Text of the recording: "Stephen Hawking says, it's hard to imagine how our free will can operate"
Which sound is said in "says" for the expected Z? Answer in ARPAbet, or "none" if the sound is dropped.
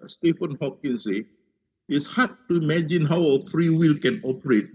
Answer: none